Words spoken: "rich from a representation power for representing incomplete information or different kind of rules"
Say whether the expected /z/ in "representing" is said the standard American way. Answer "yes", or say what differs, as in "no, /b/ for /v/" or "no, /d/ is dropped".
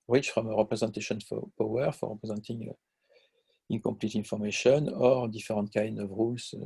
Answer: yes